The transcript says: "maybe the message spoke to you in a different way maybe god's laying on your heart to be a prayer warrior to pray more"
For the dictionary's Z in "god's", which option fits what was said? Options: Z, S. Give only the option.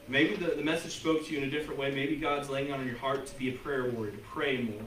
Z